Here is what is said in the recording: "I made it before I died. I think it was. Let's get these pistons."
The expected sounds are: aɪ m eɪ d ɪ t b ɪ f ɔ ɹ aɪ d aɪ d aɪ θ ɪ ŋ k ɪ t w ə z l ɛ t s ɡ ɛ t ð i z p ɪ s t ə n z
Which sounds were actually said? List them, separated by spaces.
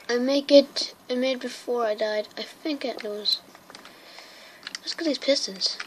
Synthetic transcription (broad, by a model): aɪ m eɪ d ɪ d b ɪ f ɔ ɹ aɪ d aɪ d aɪ θ ɪ ŋ k ɪ t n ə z w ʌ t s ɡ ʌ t ð i z p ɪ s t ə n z